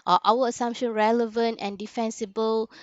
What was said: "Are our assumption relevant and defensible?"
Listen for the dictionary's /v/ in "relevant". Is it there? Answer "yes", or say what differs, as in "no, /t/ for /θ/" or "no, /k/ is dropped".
yes